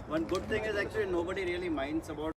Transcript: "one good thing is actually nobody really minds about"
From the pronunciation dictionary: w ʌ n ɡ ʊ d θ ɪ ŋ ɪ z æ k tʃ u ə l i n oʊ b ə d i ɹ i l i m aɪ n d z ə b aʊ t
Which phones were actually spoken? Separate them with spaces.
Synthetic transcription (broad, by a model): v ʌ n ɡ ʊ d t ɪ ŋ ɪ z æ k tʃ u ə l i n oʊ b ə d i ɹ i l i m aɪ n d s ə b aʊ